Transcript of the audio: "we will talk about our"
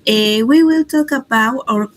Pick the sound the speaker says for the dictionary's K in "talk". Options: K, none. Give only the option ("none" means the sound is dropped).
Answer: K